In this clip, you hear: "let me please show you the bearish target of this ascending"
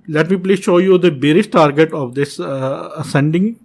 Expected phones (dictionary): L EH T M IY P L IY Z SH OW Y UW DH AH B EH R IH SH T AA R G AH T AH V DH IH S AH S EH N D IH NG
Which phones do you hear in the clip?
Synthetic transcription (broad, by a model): L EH T M IY P L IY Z SH OW Y UW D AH B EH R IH S T AA R G AH T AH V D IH S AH S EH N D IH NG